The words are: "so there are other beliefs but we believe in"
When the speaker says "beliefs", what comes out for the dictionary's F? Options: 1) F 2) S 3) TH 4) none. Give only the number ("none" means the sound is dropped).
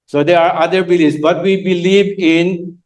4